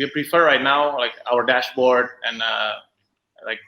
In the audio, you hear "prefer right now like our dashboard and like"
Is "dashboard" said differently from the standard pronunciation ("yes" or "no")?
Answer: no